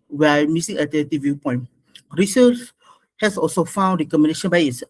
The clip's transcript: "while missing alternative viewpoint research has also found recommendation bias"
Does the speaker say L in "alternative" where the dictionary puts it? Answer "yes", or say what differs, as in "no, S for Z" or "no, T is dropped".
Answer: no, L is dropped